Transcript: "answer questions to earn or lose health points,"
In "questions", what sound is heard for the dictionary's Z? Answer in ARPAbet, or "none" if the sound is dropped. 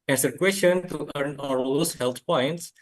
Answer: none